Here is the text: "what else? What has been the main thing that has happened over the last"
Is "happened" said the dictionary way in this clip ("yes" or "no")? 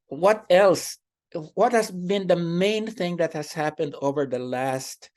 yes